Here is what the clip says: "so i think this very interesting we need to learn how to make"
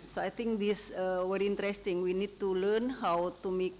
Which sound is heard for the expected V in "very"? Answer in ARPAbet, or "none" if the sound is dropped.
W